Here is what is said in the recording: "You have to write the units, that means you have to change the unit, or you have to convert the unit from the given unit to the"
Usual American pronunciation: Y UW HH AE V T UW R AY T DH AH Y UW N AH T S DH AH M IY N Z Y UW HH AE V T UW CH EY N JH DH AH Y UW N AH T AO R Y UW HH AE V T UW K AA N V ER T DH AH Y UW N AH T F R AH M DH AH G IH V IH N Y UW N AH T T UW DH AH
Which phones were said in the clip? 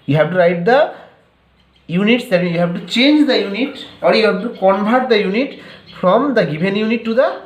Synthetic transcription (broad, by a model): Y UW HH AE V T UW R AY T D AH Y UW N AH T S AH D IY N Y UW HH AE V T UW CH EY N JH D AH Y UW N AH T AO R Y UW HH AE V T UW K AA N B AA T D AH Y UW N AH T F R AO M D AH G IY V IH N Y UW N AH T T UW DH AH